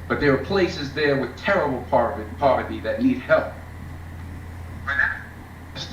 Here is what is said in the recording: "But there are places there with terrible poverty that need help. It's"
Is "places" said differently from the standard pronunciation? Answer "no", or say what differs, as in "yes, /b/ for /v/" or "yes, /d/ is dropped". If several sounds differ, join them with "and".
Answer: no